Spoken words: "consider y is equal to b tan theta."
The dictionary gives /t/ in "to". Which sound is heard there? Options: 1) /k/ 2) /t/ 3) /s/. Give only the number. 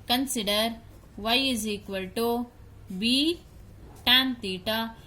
2